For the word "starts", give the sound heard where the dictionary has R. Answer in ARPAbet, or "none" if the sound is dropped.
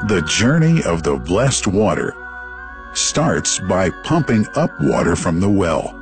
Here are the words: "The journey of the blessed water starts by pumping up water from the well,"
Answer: R